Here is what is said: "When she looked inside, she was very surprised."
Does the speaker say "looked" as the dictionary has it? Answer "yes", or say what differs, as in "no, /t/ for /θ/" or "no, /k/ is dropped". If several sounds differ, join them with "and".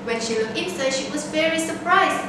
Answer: no, /t/ is dropped